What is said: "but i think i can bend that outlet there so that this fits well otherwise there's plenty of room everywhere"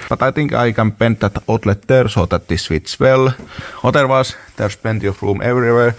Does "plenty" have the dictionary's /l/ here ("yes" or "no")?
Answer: no